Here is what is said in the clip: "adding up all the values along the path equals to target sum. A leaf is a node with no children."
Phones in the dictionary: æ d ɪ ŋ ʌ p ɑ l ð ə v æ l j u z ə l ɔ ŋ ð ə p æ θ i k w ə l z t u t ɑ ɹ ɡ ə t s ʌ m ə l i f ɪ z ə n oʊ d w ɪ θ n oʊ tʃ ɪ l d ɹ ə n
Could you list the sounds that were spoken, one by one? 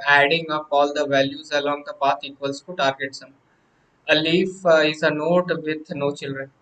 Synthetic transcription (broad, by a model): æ d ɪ ŋ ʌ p ɑ l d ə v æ l j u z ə l ɔ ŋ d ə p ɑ t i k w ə l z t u t ɑ ɹ ɡ ə t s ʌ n ə l i f ɪ z ə n oʊ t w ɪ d n oʊ tʃ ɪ l d ɹ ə n